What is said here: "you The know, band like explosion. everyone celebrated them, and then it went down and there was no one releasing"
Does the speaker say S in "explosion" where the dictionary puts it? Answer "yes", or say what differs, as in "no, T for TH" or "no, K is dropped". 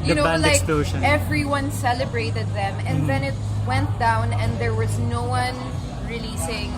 no, S is dropped